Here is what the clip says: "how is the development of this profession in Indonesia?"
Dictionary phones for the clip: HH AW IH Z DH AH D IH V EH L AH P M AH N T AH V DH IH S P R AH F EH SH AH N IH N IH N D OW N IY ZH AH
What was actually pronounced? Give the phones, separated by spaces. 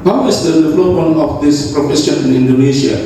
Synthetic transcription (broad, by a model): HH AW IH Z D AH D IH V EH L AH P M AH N AH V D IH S P R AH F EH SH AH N IH N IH N D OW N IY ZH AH